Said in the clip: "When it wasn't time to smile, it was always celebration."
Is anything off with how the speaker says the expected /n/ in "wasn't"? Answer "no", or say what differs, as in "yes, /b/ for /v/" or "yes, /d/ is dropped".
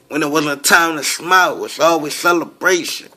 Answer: yes, /n/ is dropped